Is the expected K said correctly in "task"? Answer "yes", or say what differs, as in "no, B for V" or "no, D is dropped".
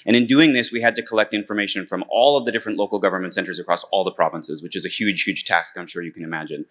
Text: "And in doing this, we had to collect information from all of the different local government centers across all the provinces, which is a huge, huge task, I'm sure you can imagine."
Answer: yes